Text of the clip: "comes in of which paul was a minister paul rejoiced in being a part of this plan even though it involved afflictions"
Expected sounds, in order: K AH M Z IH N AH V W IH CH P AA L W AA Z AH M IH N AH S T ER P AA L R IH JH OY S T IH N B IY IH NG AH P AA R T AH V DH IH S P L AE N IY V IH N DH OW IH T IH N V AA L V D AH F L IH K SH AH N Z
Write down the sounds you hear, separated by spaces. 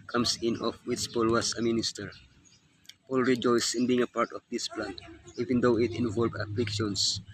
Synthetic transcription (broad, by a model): K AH M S IH N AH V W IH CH P AA L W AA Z AH M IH N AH S T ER P AA L R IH JH OY S IH N B IY IH NG AH P AA R T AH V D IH S P L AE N IY V IH N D OW IH T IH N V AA L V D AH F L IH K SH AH N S